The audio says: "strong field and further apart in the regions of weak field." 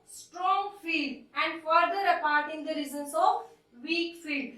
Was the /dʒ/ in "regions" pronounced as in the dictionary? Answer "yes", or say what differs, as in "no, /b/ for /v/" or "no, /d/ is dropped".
no, /z/ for /dʒ/